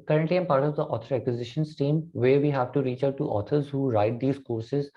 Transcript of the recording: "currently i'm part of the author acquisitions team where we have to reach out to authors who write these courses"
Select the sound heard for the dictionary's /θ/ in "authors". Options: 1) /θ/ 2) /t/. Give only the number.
2